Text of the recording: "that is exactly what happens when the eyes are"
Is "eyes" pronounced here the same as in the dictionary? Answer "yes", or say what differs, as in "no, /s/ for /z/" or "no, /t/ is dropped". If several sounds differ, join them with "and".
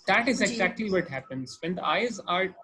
yes